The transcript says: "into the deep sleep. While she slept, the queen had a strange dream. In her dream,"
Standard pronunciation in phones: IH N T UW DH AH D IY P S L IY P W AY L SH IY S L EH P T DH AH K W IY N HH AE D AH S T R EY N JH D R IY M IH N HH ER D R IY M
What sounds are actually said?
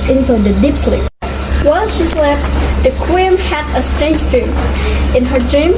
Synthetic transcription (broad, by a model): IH N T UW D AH D IY P S L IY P W AY L SH IY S L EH F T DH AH K W IY N HH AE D AH S T R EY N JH D R IY M IH N HH ER D R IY M